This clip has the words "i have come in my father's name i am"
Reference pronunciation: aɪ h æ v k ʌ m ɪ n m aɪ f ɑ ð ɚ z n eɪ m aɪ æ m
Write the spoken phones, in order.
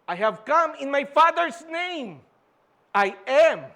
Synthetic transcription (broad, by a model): aɪ h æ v k ʌ m ɪ n m aɪ f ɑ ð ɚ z n eɪ m aɪ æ m